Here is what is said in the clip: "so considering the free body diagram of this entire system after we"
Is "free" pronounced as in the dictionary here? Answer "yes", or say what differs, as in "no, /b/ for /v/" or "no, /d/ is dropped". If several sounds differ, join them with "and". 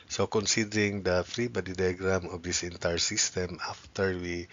yes